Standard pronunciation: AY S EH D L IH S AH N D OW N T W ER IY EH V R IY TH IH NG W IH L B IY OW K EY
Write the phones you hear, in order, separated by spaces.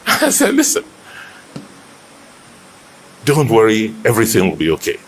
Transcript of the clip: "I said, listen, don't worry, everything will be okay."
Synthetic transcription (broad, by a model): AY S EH L IH S AH N D OW N T W ER IY EH V R IY TH IH NG W IH L B IY OW K EY